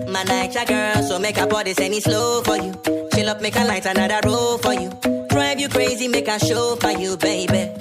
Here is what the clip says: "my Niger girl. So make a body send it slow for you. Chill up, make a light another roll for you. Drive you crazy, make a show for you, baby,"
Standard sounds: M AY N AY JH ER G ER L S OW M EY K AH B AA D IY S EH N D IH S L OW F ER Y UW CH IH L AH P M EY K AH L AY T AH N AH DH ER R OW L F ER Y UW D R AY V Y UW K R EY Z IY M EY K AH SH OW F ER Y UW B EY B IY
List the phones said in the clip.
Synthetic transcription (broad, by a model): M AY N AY CH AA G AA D S OW M EY K AH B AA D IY S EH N IH S L OW F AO Y UW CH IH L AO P M EY K AH L AY T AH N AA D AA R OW F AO Y UW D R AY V Y UW K R EY Z IY M EY K AH SH OW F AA Y UW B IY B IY